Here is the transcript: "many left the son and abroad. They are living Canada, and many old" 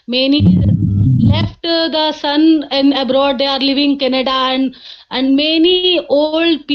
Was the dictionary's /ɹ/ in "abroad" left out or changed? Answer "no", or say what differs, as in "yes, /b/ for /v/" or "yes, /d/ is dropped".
no